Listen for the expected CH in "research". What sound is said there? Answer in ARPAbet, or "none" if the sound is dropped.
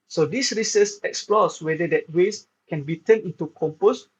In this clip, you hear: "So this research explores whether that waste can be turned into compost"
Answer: S